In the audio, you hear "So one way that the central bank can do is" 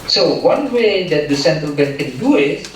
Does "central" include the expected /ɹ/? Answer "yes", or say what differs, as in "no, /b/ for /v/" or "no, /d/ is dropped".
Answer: no, /ɹ/ is dropped